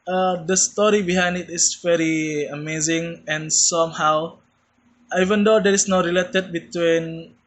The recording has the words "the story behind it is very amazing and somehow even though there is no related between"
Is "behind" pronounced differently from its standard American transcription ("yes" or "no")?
no